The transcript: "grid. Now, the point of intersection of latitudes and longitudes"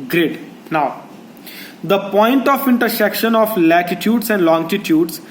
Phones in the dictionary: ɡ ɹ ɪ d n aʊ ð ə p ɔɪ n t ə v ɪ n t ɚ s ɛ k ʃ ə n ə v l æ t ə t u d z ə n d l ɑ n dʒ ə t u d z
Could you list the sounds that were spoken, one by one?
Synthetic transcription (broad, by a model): ɡ ɹ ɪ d n aʊ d ə p ɔɪ n t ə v ɪ n t ɚ s ɛ k ʃ ə n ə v l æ t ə t u d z ə n d l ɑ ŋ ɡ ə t u d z